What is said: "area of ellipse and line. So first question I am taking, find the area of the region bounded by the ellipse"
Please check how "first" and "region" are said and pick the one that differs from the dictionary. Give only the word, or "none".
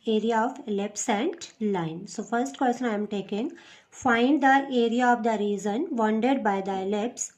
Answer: region